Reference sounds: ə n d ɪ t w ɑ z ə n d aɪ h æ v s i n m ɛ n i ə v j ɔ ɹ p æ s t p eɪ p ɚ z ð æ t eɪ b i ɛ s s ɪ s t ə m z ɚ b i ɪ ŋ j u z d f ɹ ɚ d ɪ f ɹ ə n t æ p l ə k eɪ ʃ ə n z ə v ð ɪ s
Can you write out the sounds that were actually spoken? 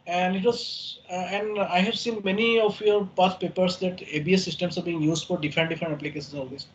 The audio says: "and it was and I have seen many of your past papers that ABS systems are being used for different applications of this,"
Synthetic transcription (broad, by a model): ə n d ɪ t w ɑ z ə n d aɪ h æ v s i n m ɛ n i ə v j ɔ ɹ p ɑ t p eɪ p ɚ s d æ t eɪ b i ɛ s s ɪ s t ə m s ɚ b i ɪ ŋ j u z d f ɹ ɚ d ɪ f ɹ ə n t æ p l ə k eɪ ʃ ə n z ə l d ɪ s